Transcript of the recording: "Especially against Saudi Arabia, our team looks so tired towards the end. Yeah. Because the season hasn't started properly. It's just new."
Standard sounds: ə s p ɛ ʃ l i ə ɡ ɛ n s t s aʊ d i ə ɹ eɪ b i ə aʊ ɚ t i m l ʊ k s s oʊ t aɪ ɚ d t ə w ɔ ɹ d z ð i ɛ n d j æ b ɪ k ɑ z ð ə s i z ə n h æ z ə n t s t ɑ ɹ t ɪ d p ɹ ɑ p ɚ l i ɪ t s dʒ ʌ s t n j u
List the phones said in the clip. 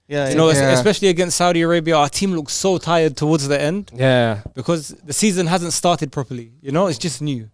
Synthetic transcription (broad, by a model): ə s p ɛ ʃ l i ə ɡ ɛ n s t s aʊ d i ə ɹ eɪ b i ə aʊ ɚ t i m l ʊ k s s oʊ t aɪ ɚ d t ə w ɔ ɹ d z ð i ɛ n d j æ b ɪ k ɑ z ð ə s i z ə n h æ z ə n t s t ɑ ɹ t ɪ d p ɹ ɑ p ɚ l i ɪ t s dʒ ʌ s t n j u